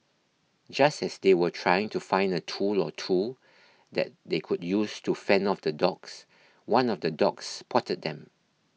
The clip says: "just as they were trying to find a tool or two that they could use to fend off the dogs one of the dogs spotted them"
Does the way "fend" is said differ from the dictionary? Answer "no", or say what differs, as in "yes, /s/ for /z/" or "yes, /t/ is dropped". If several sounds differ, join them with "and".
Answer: yes, /d/ is dropped